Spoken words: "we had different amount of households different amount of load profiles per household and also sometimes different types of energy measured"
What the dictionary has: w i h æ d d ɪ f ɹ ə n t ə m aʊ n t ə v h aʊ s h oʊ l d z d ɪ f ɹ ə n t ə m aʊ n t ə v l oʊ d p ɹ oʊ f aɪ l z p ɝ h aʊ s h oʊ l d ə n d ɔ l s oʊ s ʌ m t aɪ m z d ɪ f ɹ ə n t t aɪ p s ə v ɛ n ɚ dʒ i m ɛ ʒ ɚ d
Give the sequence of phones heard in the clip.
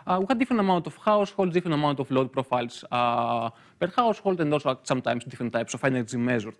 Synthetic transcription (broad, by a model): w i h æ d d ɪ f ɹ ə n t ə m aʊ n t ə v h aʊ s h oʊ l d d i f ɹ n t ə m aʊ n t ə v l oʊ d p ɹ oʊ f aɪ l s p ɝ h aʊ s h oʊ l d ə n d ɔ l s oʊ s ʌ m t aɪ m s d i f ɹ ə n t t aɪ p s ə f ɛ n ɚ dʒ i m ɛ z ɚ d